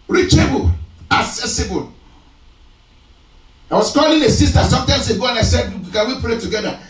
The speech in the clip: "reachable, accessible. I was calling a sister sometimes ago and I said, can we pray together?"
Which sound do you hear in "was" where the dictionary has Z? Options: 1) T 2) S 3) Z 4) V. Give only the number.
2